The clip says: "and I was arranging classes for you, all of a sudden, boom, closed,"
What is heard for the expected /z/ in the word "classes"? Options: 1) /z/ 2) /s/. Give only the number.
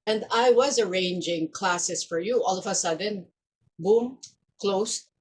2